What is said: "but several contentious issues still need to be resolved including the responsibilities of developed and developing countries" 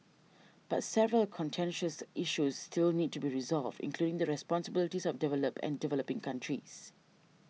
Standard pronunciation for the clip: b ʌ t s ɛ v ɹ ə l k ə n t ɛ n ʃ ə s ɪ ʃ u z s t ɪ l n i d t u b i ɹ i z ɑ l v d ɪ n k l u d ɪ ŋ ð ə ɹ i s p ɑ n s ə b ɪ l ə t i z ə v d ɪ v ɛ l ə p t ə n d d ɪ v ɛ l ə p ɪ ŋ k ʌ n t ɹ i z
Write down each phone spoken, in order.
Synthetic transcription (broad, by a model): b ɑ t s ɛ v ɹ ə l k ə n t ɛ n ʃ ə s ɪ ʃ u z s t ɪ l n i d t u b i ɹ i z ɑ l v d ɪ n k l u d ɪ ŋ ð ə ɹ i s p ɑ n s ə b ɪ l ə t i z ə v d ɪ v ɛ l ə p ə n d d ɪ v ɛ l ə p ɪ ŋ k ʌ n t ɹ i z